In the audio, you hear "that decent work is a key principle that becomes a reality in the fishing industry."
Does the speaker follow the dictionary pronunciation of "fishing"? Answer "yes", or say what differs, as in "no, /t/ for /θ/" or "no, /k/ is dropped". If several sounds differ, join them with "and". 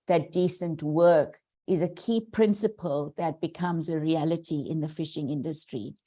yes